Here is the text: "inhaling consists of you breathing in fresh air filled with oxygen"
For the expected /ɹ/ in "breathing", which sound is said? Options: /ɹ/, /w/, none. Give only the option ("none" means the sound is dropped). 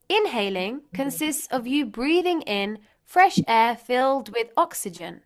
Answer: /ɹ/